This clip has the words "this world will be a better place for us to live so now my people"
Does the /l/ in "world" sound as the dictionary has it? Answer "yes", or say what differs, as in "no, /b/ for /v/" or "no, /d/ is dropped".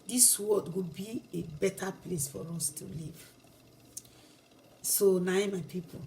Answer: no, /l/ is dropped